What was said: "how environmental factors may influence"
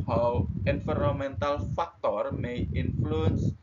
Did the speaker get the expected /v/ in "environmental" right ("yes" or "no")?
no